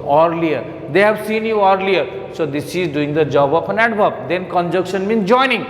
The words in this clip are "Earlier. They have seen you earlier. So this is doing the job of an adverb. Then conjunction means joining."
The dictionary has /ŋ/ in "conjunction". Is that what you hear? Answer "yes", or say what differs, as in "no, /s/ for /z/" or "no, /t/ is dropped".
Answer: no, /ŋ/ is dropped